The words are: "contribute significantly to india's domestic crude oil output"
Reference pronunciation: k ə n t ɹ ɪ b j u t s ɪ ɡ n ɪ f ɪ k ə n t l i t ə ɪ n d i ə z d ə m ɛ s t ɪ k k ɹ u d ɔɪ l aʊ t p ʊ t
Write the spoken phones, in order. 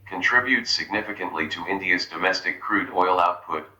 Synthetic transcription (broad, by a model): k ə n t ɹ ɪ b j u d s ɪ ɡ n ɪ f ɪ k ə n t l i t ə ɪ n d i ə z d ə m ɛ s t ɪ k k ɹ u d ɔɪ l aʊ t p ʊ t